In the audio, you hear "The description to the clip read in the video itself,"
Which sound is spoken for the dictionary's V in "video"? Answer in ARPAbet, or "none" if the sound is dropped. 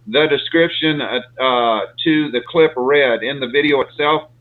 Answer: V